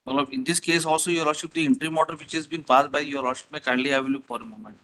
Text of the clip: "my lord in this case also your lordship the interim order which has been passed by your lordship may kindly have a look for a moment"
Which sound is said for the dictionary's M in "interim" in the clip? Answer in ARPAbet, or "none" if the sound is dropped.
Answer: M